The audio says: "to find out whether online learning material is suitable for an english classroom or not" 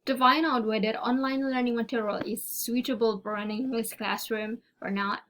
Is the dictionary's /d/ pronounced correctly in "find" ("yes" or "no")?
no